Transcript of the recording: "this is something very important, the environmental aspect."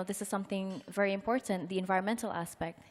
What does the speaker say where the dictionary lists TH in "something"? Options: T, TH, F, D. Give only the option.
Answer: TH